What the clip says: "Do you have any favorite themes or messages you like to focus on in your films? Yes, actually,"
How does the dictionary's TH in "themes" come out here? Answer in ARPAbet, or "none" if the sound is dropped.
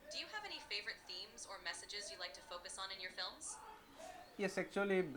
TH